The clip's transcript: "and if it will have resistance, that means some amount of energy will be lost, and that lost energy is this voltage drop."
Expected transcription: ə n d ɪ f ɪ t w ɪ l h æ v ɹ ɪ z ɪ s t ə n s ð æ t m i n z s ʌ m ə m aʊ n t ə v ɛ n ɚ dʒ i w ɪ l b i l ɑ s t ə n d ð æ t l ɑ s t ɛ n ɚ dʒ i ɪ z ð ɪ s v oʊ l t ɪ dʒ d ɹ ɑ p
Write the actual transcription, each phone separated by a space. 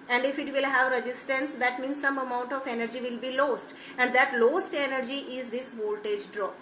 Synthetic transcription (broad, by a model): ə n d ɪ f ɪ t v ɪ l h æ v ɹ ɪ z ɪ s t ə n s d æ t m i n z s ʌ m ə m aʊ n t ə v ɛ n ɚ dʒ i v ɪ l b i l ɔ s t ə n d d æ t l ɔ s t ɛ n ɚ dʒ i ɪ z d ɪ s v oʊ l t ɪ dʒ d ɹ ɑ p